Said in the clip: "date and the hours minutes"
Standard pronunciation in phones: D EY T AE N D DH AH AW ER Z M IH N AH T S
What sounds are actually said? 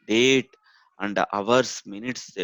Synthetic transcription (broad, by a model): D EY T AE N D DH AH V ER S M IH N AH T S